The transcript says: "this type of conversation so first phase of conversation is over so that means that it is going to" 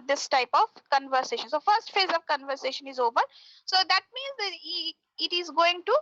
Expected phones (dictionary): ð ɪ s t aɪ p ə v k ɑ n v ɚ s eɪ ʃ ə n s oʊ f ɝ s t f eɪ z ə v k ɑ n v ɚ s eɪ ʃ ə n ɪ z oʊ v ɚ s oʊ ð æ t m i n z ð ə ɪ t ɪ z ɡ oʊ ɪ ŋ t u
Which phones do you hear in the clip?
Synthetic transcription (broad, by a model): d ɪ s t aɪ p ə v k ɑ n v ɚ s eɪ ʃ ə n s oʊ f ɝ s t f eɪ z ə v k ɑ n v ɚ s eɪ ʃ ə n ɪ z oʊ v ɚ s oʊ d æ t m i n z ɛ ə ɪ t ɪ z ɡ oʊ ɪ ŋ t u